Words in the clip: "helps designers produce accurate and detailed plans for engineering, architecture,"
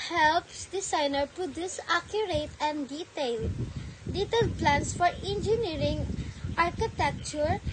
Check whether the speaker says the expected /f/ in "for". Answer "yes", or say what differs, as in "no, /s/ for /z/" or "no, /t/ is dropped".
yes